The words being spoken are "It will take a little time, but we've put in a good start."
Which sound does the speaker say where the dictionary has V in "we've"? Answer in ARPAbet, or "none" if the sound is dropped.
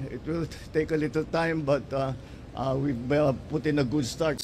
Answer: B